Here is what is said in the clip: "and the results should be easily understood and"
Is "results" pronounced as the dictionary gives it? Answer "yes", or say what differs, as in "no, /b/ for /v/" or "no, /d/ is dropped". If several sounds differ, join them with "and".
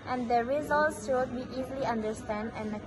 yes